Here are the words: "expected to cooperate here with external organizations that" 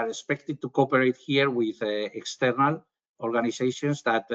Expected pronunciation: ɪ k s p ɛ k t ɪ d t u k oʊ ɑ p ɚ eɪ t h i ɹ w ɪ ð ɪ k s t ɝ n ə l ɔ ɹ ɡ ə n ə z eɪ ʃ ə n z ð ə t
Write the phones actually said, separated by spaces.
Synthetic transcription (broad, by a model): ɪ s p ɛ k t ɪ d t u k oʊ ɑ p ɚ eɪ t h i ɹ w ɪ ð ɪ k s t ɝ n ə l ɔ ɹ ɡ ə n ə s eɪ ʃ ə n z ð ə t